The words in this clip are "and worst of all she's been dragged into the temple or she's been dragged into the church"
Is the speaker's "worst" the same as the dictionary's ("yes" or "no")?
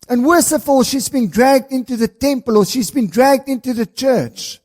no